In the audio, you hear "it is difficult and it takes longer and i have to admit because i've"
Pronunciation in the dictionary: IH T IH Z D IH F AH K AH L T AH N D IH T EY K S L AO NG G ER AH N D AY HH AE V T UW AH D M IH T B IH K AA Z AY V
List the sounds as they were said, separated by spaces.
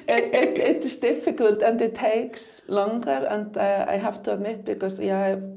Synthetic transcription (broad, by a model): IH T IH S D IH F AH K AH L T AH N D IH T EY K S L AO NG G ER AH N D AY HH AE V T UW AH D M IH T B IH K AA S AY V